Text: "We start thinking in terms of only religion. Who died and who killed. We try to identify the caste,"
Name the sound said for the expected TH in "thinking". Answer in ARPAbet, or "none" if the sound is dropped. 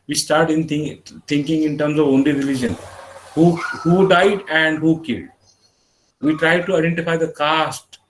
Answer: T